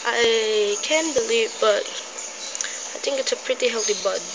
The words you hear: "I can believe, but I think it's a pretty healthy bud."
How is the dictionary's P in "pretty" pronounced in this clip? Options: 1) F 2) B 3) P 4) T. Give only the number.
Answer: 3